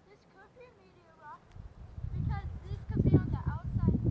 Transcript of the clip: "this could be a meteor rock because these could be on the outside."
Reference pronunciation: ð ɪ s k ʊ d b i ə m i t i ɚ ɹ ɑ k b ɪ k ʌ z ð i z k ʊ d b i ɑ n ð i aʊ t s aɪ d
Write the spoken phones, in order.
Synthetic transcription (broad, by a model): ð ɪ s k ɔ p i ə m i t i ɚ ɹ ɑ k b ɪ k ʌ z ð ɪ s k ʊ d b i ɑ n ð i aʊ t s aɪ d